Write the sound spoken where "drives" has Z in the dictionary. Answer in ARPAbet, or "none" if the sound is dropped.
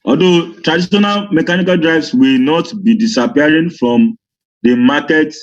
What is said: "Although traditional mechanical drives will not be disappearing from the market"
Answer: S